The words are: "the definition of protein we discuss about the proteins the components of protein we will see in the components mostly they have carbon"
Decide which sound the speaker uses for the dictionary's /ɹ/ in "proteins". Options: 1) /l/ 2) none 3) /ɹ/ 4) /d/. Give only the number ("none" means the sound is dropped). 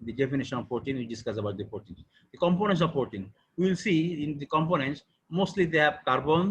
2